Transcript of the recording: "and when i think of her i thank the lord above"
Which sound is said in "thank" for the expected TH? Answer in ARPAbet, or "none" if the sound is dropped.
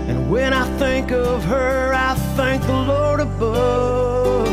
TH